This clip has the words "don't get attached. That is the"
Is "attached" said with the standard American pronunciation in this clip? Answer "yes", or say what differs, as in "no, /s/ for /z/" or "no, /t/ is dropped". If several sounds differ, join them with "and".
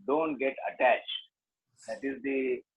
yes